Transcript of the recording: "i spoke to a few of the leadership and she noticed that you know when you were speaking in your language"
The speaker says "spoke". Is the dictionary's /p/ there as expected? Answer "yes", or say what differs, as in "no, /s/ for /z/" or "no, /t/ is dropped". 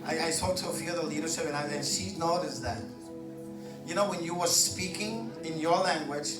no, /p/ is dropped